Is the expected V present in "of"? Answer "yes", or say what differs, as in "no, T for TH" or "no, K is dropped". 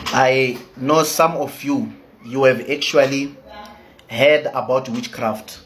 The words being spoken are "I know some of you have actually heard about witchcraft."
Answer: no, F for V